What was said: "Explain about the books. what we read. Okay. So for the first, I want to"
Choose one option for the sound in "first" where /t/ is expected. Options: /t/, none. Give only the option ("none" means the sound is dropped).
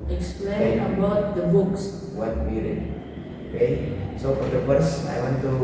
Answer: none